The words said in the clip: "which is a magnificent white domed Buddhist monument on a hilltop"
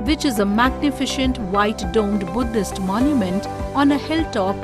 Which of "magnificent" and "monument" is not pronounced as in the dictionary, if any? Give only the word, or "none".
magnificent